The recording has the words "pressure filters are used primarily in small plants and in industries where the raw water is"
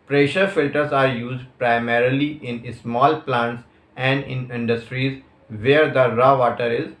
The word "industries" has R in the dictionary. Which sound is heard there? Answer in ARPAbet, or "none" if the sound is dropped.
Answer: R